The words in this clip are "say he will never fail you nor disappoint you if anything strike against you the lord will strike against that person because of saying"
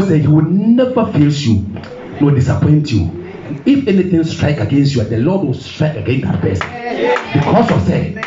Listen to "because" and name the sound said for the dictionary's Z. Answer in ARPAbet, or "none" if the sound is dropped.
S